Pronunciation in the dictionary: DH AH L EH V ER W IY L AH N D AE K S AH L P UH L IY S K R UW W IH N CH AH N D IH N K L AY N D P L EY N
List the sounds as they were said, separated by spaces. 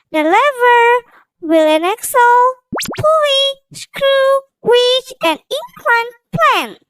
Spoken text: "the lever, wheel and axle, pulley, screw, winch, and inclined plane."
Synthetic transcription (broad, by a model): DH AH L EH V ER W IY L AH N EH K S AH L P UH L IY S K R UW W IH CH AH N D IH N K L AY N P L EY N